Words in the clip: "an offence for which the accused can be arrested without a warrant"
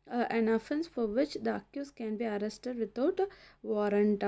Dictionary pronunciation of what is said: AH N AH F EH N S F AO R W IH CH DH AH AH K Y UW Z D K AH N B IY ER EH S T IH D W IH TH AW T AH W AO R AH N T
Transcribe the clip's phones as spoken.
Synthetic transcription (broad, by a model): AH N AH F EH N S F AO R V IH CH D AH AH K Y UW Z K AH N B IY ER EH S T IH D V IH T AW T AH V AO R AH N T